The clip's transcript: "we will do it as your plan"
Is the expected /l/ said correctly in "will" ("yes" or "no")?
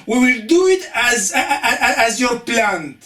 yes